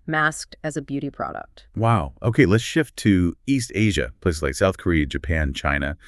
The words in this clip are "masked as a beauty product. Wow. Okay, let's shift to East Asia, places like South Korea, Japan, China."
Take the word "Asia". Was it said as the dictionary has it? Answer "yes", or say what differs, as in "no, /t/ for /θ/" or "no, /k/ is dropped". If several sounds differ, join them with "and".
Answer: yes